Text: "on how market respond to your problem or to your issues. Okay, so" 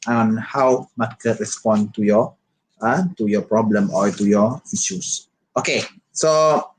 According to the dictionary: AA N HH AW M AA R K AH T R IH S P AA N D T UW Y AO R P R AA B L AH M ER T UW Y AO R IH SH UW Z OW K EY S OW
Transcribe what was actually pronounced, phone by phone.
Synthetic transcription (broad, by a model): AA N HH AW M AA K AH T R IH S P AA N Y T UW Y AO P R AA B L AH M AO T UW Y AO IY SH UW S OW K EY S OW